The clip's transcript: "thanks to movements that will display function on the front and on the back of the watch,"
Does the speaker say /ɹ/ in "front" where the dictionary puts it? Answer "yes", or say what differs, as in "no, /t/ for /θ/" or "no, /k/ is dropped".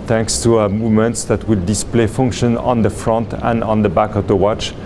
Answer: yes